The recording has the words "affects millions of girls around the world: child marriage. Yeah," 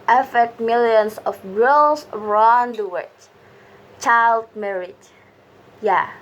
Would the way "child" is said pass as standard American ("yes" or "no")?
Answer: yes